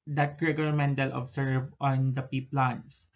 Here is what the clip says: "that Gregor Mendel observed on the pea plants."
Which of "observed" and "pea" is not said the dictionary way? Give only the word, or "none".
observed